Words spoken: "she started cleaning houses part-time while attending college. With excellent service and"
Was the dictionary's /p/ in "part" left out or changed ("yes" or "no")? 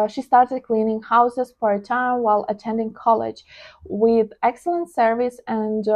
yes